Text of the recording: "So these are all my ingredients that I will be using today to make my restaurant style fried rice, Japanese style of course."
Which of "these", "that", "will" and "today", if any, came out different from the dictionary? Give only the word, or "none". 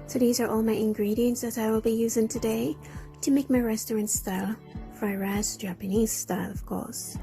none